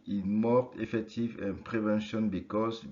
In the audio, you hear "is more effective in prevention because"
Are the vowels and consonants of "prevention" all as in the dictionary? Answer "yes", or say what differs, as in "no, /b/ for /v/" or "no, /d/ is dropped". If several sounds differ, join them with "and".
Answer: yes